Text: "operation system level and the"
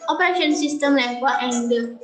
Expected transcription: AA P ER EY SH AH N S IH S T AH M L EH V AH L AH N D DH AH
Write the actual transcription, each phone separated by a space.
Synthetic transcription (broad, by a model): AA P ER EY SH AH N S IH S T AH M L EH W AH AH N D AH